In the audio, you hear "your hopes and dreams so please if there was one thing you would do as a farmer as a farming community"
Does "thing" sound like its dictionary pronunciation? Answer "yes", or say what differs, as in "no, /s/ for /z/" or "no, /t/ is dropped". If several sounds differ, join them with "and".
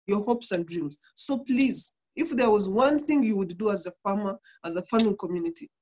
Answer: yes